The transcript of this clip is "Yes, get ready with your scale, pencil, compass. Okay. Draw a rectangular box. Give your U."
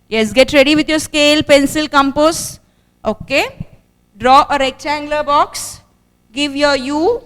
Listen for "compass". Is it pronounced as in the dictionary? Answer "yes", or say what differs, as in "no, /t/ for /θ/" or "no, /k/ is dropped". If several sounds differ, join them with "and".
yes